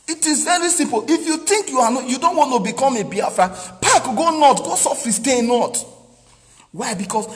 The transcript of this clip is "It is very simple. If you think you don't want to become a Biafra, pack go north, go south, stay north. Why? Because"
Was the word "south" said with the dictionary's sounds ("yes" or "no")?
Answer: no